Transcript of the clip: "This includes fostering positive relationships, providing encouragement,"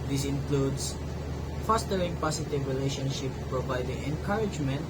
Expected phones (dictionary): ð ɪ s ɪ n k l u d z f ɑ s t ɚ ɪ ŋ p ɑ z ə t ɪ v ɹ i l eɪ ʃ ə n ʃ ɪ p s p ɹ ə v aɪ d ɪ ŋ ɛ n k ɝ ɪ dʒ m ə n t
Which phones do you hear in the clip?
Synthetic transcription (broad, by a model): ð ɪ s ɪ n k l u d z f ɑ s t ɚ ɪ ŋ p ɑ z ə t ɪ v ɹ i l eɪ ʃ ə n ʃ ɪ p p ɹ ə v aɪ d ɪ ŋ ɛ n k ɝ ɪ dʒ m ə n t